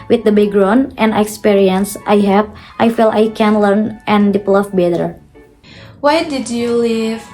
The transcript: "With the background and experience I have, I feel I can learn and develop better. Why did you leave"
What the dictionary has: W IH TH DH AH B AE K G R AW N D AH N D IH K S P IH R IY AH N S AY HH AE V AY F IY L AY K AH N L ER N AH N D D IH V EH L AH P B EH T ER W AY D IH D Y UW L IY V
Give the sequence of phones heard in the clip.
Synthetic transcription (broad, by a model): W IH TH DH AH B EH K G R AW N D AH N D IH K S P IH R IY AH N S AY HH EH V AY F IY L AY K AH N L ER N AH N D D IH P L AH F B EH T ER W AY D IH D Y UW L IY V